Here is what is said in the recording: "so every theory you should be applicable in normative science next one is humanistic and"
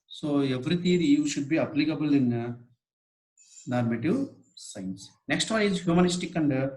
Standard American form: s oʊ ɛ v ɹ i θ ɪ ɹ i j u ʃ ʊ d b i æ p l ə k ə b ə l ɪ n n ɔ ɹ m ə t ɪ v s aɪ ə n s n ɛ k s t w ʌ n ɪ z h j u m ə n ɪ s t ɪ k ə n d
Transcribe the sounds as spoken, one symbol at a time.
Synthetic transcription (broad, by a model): s oʊ ɛ v ɹ i t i ɹ i j u ʃ ʊ d b i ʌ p l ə k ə b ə l ɪ n n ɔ ɹ m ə t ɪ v s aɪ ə n s n ɛ k s t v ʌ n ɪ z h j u m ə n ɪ s t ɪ k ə n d